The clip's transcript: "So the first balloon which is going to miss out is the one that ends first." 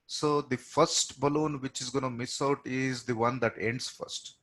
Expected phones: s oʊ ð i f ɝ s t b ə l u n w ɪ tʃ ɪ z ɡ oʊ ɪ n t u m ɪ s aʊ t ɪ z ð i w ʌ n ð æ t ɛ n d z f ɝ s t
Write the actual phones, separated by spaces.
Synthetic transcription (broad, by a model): s oʊ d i f ɝ s t b ə l u n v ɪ tʃ ɪ z ɡ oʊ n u m ɪ s aʊ t ɪ z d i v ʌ n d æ t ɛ n d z f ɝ s t